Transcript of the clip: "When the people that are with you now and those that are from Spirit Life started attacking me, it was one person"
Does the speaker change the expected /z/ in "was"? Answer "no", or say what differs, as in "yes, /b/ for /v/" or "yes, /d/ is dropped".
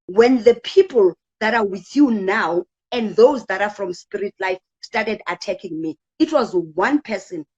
no